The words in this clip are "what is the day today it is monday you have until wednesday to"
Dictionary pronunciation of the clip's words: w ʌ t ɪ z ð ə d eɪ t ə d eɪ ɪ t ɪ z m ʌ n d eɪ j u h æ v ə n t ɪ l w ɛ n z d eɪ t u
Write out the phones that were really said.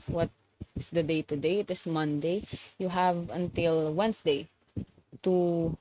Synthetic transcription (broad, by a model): w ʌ t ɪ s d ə d eɪ t ə d eɪ ɪ t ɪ s m ʌ n d eɪ j u h æ v ə n t ɪ l w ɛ n s d eɪ t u